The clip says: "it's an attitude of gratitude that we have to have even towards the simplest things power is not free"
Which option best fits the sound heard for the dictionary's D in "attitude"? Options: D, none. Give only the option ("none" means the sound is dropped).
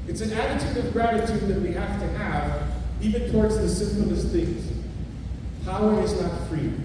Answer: D